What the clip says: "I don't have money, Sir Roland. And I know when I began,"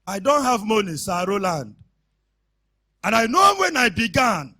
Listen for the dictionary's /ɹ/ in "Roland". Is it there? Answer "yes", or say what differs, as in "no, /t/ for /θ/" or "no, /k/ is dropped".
yes